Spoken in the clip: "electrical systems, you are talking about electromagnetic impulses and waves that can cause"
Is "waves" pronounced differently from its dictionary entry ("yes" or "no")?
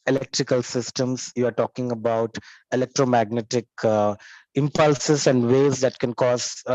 yes